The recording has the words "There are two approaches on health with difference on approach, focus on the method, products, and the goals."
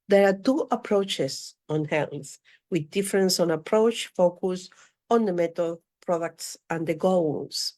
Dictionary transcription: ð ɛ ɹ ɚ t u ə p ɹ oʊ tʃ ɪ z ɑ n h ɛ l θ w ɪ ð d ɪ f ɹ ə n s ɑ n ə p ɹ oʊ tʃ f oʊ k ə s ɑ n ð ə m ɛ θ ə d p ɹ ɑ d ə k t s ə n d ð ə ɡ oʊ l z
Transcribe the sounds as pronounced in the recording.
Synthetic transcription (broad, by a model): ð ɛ ɹ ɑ t u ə p ɹ oʊ tʃ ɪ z ɑ n h ɛ l θ w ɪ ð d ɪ f ɹ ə n s ɑ n ə p ɹ oʊ tʃ f oʊ k ə s ɑ n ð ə m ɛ t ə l p ɹ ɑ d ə k t s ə n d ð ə ɡ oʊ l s